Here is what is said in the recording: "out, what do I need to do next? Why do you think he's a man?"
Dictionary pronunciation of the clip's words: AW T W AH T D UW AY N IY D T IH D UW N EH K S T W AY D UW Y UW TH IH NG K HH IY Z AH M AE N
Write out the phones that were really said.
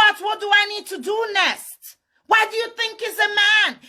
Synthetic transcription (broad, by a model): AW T W AH T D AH AY N IY D T IH D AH N EH S T W AY D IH Y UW TH IH NG K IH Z AH M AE N